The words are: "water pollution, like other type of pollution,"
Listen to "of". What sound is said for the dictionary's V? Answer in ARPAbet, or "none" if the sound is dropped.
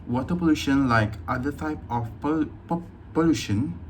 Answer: P